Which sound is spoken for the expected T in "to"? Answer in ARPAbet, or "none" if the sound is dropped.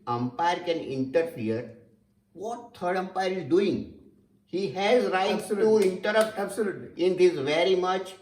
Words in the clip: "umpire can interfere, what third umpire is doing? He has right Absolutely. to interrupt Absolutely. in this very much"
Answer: S